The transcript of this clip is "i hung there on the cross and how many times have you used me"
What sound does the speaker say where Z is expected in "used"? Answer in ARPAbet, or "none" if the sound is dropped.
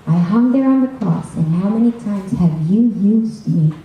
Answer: Z